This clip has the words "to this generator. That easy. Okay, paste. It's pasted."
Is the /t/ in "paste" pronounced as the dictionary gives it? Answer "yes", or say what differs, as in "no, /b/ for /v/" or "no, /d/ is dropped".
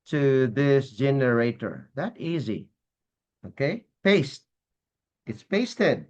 yes